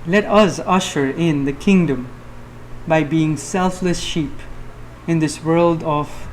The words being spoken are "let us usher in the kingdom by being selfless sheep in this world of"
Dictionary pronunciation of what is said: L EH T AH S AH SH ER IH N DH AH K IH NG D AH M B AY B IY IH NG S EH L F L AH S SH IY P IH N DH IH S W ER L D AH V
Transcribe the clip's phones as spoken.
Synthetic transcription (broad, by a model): L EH T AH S AH SH ER IH N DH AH K IH NG D AH M B AY B IY IH NG S EH L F L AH S SH IY P IH N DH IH S W ER L D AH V